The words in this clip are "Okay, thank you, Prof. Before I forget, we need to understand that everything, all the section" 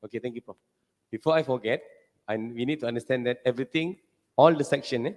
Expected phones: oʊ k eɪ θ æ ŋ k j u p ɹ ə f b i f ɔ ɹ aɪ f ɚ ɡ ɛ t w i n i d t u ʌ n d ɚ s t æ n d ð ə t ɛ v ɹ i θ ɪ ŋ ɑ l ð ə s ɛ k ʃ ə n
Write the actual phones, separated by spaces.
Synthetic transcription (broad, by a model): oʊ k eɪ t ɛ ŋ k j u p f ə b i f ɔ aɪ f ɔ ɡ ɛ t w i n i d t u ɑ n d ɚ s t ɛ n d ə t ɛ v ɹ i t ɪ ŋ ɑ l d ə s ɛ k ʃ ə n